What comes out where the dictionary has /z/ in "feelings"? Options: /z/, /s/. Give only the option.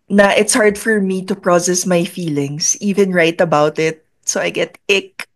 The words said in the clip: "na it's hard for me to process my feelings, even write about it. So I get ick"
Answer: /s/